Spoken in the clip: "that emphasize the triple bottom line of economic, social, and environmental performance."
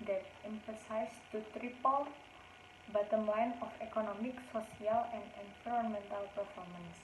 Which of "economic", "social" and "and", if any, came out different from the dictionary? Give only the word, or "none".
social